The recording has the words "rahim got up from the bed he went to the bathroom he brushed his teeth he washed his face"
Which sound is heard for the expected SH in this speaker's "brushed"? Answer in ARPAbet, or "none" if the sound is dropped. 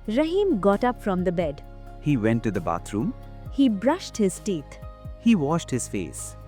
SH